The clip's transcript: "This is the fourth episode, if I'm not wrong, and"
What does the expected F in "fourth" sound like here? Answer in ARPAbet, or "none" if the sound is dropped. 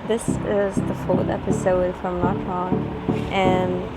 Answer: F